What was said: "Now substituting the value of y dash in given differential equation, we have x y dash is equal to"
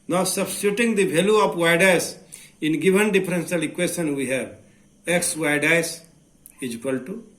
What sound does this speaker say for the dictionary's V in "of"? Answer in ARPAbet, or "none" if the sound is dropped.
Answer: P